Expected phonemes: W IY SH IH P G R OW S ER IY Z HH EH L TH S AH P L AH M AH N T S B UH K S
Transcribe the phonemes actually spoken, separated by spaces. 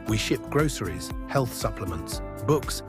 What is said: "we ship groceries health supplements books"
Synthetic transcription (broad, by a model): W IY SH IH P G R OW S ER IY Z HH EH L TH S AH P L AH M AH N T S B UH K S